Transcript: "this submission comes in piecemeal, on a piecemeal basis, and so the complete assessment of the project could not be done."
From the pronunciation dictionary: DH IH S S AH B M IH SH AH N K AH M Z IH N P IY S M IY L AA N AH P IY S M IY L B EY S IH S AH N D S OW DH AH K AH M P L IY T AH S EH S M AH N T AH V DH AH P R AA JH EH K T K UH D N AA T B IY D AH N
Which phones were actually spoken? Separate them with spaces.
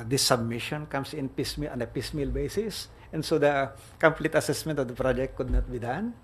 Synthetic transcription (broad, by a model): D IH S S AH B M IH SH AH N K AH M S IH N P IY S M IY L AA N AH P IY S M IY L B EY S IH S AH N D S OW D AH K AH M P L IY T AH S EH S M AH N T AH V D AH P R AA JH EH K T K UH D N AA T B IY D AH N